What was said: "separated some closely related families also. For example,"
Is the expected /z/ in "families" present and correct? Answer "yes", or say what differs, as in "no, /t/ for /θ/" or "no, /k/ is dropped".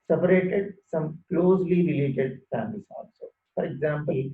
no, /s/ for /z/